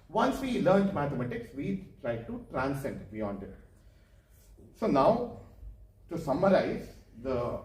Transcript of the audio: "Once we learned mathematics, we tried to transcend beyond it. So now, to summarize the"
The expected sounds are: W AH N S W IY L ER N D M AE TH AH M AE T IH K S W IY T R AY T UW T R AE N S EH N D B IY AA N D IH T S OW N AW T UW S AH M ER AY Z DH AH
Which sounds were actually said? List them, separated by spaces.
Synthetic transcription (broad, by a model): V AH N S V IY L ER N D M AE T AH M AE T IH K S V IY T R AY T UW T R AE N S EH N D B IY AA N D IH T S OW N AW T UW S AH M ER AY Z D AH